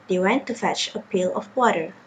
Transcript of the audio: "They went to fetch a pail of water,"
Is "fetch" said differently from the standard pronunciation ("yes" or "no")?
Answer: no